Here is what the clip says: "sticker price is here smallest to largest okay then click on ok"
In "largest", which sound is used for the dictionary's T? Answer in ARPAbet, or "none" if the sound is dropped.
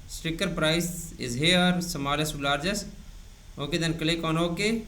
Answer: none